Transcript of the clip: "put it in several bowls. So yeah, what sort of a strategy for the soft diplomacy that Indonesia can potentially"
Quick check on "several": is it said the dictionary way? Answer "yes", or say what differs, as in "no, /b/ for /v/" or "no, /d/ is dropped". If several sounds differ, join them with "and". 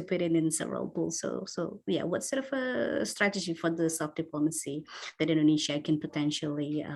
yes